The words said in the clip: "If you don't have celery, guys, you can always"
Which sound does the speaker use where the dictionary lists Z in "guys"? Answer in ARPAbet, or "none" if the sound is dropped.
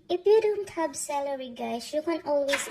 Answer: S